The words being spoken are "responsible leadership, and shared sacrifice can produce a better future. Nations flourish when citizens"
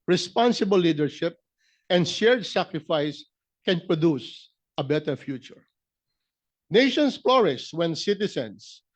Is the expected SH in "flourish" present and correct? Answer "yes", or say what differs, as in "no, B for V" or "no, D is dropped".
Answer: no, S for SH